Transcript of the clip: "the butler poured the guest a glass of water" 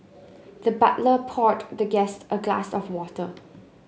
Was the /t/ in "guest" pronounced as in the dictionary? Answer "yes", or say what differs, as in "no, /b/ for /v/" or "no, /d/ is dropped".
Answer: yes